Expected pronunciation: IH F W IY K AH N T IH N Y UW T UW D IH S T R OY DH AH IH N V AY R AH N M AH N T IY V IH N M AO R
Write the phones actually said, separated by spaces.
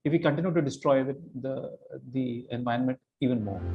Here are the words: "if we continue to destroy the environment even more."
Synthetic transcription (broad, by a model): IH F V IY K AH N T IH N Y UW T UW D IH S T R OY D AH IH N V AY AH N M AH N T IY V IH N M AO R